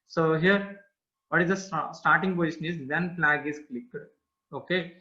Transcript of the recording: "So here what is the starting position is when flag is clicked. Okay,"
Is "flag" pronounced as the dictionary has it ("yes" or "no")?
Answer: no